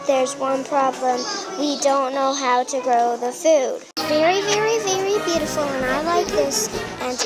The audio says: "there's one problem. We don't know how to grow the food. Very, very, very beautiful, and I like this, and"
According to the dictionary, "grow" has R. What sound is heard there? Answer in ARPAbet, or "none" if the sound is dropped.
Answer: R